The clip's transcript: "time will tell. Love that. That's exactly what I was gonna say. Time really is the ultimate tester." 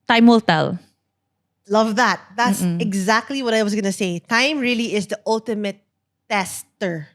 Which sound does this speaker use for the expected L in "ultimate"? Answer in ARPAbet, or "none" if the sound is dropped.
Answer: L